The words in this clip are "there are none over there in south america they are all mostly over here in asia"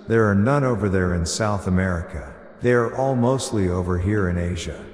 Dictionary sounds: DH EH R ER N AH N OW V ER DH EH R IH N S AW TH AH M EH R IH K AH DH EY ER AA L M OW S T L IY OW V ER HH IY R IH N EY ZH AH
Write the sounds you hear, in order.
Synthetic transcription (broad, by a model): DH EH R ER N AH N OW V ER DH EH R IH N S AW TH AH M EH R IH K AH DH EY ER AA L M OW S T L IY OW V ER HH IY R IH N EY ZH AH